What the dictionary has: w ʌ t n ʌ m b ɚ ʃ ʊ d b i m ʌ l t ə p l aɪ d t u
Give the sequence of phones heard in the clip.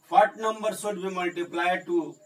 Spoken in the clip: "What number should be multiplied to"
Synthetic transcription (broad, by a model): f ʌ t n ʌ m b ɚ s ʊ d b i m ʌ l t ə p l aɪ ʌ t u